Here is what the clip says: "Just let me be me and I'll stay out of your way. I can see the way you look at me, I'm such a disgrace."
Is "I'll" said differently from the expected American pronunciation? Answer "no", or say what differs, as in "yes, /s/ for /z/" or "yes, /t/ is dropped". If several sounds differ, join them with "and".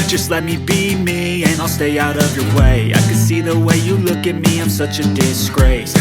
no